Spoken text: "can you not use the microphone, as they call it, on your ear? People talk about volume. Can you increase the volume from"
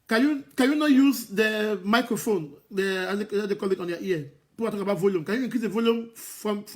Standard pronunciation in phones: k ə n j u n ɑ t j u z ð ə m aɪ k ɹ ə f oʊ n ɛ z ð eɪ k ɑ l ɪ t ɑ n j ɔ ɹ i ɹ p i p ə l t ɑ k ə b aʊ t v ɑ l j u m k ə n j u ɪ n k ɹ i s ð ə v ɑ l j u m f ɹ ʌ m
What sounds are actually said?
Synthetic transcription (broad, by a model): k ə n j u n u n j u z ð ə m aɪ k ɹ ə f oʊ n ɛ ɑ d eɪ k ɑ l ɪ t ɑ n j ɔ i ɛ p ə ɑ t ɑ k ə b aʊ t v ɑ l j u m k ə n j u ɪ k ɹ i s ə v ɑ l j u m f ɹ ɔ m